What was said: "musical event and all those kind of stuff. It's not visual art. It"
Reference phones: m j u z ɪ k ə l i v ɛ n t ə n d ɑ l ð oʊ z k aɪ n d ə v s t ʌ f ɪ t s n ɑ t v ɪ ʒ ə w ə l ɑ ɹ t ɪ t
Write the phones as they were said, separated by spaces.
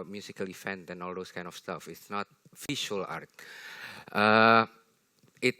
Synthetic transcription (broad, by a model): m j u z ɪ k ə l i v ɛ n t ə n ɑ l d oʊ s k aɪ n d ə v s t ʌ f ɪ t s n ɑ t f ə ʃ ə l ɑ ɹ t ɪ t